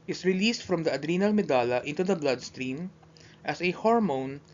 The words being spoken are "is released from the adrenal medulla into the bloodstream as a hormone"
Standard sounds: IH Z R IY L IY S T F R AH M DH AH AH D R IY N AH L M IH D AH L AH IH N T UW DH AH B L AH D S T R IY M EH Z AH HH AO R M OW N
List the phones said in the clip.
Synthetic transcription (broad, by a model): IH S R IY L IY S T F R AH M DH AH AH D R IY N AH L M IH D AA L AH IH N T UW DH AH B L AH D S T R IY M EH S AH HH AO R M OW N